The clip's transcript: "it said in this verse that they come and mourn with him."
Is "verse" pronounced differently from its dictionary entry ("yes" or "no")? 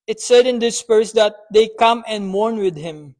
yes